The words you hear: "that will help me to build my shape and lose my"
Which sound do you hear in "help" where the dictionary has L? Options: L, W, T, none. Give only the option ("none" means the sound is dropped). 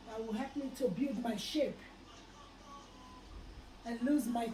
none